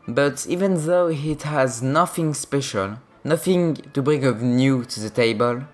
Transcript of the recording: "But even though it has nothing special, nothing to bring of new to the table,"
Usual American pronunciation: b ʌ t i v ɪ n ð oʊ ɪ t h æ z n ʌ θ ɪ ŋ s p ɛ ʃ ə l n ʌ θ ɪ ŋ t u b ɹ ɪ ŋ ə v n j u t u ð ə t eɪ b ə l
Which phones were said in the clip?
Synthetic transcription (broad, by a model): b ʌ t i v ɪ n ð oʊ ɪ t h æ z n ʌ θ ɪ ŋ s p ɛ ʃ ə l n ʌ θ ɪ ŋ t u b ɹ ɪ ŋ ə v n j u t u ð ə t eɪ b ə l